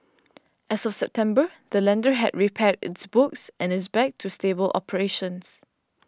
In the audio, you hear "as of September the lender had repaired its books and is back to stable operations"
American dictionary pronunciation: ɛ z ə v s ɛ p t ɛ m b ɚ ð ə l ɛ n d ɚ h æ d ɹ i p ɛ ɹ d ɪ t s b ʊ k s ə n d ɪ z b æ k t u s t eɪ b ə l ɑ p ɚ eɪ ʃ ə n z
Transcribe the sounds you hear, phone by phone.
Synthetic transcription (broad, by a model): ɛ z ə f s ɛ p t ɛ m b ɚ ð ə l ɛ n d ɚ h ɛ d ɹ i p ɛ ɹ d ɪ t s b ʊ k s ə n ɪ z b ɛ k t u s t eɪ b ə l ɑ p ɚ eɪ ʃ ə n s